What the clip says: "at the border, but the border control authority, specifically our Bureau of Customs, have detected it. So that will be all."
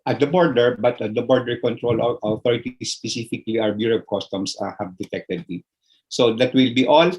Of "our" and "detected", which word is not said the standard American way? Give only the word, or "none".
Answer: our